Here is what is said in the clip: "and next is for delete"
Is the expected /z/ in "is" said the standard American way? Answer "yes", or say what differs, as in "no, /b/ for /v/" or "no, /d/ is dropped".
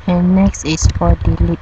no, /s/ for /z/